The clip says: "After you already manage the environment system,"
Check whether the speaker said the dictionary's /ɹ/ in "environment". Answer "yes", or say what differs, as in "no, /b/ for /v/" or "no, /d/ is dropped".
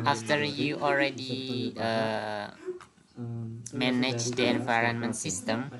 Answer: yes